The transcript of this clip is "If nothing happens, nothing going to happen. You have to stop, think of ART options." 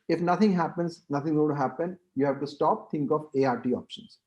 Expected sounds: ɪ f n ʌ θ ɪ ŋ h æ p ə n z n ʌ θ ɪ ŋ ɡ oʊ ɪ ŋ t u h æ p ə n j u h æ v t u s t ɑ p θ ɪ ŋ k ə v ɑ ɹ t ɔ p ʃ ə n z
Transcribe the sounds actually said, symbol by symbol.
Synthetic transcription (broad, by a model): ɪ f n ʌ t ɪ ŋ h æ p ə n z n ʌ t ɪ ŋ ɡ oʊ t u h æ p ə n j u h æ v t u s t ɑ p t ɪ ŋ k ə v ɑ ɹ t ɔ p ʃ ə n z